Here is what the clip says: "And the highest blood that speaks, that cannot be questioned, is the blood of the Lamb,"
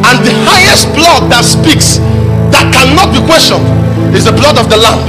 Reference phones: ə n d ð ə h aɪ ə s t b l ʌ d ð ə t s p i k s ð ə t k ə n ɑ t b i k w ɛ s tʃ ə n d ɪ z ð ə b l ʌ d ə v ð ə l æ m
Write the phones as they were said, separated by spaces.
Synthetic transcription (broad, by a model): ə n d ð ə h aɪ ə s t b l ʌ d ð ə t s p i k s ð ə t k ə n ɑ t b i k w ɛ s tʃ ə n d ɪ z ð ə b l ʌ d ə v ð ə l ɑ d